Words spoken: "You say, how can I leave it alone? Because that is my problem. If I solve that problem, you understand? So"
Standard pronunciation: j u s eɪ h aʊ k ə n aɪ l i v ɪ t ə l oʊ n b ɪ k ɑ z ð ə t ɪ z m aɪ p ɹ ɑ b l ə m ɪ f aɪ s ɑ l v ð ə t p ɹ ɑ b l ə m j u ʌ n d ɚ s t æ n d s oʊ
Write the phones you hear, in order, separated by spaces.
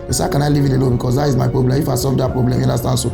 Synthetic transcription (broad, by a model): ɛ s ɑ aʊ k ə n aɪ l i v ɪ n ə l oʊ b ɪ k ɑ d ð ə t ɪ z m aɪ p ɹ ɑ b l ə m ɪ f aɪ s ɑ v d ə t p ɹ ɑ b l ə m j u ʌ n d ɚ s t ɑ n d s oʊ